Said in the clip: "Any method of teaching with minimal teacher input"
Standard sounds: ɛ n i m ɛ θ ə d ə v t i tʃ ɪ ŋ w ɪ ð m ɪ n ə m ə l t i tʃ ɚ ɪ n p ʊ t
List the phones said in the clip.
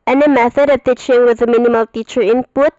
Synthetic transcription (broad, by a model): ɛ n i m ɛ θ ə d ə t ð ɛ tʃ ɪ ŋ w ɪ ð m ɪ n ə m ə l t i tʃ ɚ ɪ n p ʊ t